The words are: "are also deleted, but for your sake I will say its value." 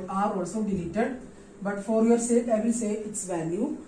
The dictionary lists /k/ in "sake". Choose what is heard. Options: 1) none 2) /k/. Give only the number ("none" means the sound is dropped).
1